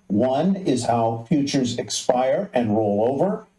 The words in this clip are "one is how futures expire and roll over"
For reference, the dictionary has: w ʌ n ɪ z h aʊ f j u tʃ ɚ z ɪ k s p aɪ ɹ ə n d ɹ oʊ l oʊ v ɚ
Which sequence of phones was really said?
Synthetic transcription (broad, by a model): w ʌ n ɪ z h aʊ f j u tʃ ɚ z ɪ k s p aɪ ɹ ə n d ɹ oʊ l oʊ v ɚ